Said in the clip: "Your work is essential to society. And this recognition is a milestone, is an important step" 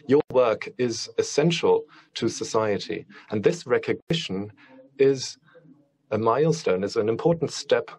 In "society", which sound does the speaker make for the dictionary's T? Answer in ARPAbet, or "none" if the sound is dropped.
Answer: T